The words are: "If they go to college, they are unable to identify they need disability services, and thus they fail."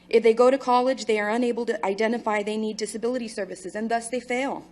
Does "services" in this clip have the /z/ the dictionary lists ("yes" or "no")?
yes